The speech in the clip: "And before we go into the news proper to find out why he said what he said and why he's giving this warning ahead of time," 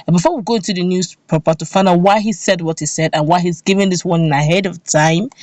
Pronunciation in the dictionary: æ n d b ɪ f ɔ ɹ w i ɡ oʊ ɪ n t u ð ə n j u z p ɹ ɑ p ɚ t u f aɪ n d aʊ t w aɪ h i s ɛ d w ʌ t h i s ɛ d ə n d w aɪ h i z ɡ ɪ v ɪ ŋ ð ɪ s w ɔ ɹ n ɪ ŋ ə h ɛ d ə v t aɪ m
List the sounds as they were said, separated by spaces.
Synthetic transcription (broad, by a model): b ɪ f ɔ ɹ w i ɡ oʊ ɪ n t u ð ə n j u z p ɛ p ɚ t u f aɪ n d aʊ w aɪ h i s ɛ d w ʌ t h i s ɛ d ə n w aɪ h i z ɡ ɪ v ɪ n ð ɪ s w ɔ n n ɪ ə h ɛ d ə v t aɪ m